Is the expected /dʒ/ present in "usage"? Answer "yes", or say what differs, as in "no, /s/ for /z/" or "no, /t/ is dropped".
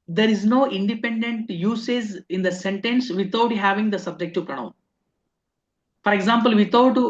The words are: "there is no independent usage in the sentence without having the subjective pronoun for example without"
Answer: no, /z/ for /dʒ/